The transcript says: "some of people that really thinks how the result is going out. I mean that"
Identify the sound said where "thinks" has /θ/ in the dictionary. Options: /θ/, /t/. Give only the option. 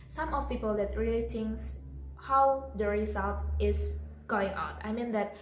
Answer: /t/